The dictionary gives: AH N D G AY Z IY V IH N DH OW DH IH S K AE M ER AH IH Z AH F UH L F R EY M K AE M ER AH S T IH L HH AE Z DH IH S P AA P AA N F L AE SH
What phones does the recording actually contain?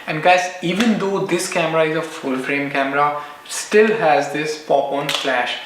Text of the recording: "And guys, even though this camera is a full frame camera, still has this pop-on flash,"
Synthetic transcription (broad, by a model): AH N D G AY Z IY V IH N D OW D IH S K AE M ER AH IH Z AH F UH L F R EY M K AE M ER AH S T IH L HH AE Z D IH S P AA P AA N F L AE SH